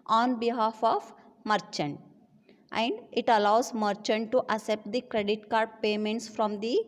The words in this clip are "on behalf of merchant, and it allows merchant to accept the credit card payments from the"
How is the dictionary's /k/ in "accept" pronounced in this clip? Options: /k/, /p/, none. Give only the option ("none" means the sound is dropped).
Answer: none